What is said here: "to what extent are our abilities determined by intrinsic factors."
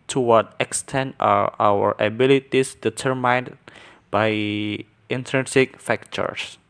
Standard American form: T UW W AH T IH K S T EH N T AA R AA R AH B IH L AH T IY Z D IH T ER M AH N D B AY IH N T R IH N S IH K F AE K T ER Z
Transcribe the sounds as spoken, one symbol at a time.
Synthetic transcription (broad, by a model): T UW W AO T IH K S T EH N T AA W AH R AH B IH L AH T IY S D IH T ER M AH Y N B AY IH N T R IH N S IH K F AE K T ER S